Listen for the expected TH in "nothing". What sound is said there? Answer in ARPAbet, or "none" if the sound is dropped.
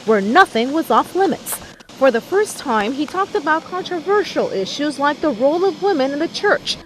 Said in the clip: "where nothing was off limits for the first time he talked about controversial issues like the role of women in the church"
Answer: TH